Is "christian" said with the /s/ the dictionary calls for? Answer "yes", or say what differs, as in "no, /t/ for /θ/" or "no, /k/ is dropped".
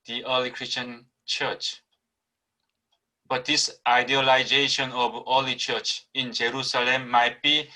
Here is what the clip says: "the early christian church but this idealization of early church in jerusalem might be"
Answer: yes